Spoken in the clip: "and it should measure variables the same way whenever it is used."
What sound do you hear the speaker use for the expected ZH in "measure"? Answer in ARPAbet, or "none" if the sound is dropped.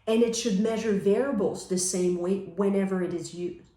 ZH